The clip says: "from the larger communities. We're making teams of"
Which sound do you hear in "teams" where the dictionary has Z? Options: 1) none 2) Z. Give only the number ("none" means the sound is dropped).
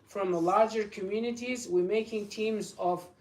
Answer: 2